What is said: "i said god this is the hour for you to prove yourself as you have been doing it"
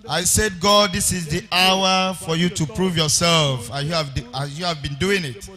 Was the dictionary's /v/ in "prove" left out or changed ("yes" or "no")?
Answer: no